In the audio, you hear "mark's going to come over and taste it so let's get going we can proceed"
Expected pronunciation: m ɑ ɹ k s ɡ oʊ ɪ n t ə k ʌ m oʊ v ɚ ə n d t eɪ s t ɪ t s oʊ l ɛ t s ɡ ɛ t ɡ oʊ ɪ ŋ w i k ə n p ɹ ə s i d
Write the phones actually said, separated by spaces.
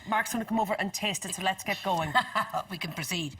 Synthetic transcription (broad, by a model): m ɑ ɹ k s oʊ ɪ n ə k ʌ m oʊ v ɚ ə n t eɪ s t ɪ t s oʊ l ɛ t s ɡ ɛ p ɡ oʊ ɪ ŋ w i k ə n p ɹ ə s i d